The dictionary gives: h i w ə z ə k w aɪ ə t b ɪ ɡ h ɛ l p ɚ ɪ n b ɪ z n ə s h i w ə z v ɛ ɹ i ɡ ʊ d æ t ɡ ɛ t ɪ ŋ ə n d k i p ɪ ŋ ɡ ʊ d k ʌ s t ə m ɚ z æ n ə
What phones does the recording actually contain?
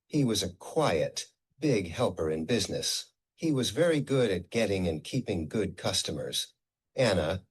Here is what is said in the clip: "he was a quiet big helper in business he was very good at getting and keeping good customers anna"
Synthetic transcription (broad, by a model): h i w ə z ə k w aɪ ə t b ɪ ɡ h ɛ l p ɚ ɪ n b ɪ z n ə s h i w ə z v ɛ ɹ i ɡ ʊ d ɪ t ɡ ɛ t ɪ ŋ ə n k i p ɪ ŋ ɡ ʊ d k ʌ s t ə m ɚ z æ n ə